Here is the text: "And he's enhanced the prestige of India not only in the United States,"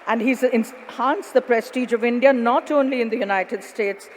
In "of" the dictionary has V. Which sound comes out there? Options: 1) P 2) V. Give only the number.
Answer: 2